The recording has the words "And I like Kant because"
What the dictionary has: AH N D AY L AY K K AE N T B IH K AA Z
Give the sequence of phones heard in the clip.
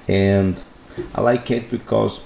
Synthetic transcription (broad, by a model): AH N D AY L AY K K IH T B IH K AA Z